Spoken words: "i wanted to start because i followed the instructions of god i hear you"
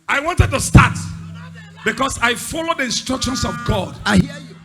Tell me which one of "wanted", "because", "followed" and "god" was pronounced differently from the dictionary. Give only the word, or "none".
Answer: because